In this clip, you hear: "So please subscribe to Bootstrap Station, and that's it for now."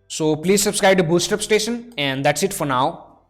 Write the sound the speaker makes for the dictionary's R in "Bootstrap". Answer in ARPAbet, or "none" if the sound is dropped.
none